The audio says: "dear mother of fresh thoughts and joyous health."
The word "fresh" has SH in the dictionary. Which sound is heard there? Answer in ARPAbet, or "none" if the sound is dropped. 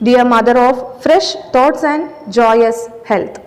SH